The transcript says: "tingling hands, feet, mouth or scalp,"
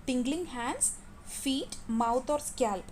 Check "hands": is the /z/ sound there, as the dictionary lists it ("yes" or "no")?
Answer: no